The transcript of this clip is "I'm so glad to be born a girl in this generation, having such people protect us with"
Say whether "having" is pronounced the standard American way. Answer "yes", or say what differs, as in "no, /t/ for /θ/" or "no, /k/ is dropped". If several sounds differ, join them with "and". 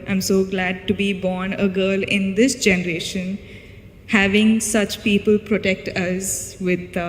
yes